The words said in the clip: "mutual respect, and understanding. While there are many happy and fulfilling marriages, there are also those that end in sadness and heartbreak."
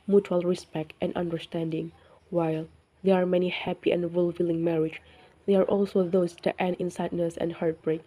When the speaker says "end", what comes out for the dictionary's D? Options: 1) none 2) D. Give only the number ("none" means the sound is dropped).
1